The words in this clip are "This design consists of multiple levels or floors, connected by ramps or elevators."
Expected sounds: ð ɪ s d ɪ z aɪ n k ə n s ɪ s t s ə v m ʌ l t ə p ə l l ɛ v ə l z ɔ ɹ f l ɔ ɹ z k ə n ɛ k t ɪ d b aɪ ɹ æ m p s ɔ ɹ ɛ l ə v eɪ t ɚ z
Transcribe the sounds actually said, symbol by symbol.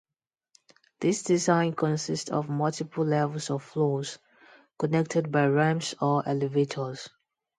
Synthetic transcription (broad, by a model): ð ɪ s d ɪ z aɪ n k ə n s ɪ s t s ə v m ʌ l t ə p ə l l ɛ v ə l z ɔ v f l ɔ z k ə n ɛ k t ɪ d b aɪ ɹ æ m s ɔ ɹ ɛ l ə v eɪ t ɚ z